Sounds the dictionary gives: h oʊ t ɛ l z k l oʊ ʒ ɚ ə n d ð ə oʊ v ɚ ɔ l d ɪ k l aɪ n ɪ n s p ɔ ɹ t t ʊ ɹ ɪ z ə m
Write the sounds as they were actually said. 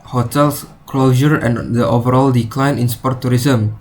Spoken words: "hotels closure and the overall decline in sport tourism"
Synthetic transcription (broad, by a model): h oʊ t ɛ l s k l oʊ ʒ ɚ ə n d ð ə oʊ v ɚ ɔ l d ɪ k l aɪ n ɪ n s p ɔ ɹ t t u ɹ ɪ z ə m